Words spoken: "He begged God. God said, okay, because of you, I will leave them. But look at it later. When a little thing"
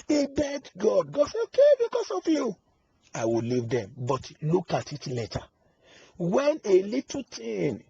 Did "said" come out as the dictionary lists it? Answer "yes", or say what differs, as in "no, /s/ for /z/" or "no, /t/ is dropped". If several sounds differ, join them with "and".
no, /d/ is dropped